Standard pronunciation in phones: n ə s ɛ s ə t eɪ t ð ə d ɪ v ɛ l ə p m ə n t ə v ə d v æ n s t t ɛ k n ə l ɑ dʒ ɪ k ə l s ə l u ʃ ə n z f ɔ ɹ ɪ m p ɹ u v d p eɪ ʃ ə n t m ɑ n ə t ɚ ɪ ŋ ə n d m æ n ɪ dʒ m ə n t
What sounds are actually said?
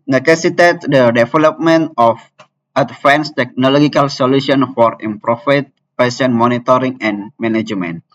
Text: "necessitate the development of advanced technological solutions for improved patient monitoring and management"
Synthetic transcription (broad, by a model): n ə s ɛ s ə t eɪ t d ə d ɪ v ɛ l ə p m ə n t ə f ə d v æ n s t t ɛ k n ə l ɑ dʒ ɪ k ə l s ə l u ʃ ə n f ɔ ɹ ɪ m p ɹ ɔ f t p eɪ s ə n m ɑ n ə t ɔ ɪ ŋ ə n m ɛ n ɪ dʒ m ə n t